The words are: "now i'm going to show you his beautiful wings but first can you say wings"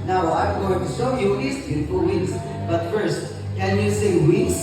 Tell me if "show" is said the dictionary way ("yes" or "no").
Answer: no